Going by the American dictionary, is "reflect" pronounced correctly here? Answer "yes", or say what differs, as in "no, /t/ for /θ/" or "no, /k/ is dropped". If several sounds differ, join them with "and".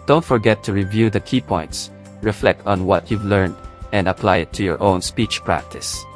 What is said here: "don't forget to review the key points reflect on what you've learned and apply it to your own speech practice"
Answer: yes